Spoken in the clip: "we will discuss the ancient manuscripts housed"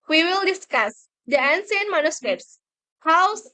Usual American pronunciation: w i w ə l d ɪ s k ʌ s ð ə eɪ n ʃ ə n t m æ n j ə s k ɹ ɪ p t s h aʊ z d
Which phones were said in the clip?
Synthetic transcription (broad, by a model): w i w ə l d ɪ s k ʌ s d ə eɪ n s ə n m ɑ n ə s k ɹ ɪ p s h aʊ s